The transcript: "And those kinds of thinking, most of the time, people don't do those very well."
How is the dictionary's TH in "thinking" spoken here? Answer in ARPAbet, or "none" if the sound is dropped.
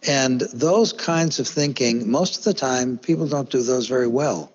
TH